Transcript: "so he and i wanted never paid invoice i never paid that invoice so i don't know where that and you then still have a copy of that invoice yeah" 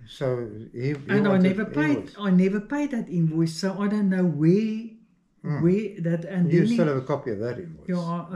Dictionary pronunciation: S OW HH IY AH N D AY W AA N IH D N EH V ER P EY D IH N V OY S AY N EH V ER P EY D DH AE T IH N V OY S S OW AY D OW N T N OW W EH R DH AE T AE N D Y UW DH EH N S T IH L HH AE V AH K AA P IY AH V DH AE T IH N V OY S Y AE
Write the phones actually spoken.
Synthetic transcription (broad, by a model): S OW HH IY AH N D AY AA IH N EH V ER P EY D AY N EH V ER P EY D DH AE T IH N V OY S S OW AY D OW N T N OW W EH W DH AE T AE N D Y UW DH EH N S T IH L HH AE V AH K AA P IY AH V DH AE T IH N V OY Y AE